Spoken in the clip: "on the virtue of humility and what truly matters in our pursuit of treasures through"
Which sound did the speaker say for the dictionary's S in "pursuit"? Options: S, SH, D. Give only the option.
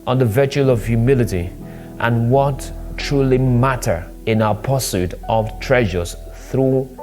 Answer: S